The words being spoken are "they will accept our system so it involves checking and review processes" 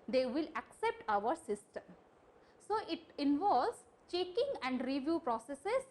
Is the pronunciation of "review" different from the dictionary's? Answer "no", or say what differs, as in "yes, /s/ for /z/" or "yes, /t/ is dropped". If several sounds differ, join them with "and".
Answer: no